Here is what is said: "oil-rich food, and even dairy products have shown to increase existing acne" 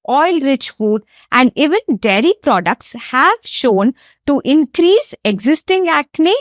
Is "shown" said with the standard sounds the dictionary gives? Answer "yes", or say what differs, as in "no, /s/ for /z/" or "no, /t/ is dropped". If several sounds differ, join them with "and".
yes